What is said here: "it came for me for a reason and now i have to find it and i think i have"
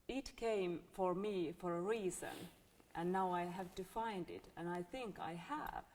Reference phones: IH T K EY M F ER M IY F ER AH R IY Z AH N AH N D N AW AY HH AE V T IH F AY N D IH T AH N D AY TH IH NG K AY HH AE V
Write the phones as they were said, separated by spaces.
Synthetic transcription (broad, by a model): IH T K EY M F ER M IY F ER AH R IY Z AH N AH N N AW AY HH AE V T IH F AY N D IH T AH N AY TH IH NG K AY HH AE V